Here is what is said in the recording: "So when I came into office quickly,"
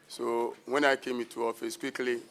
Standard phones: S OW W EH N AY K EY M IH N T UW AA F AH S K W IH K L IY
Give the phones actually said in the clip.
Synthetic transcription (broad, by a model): S OW W EH N AY K EY M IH T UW AA F AH S K W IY K L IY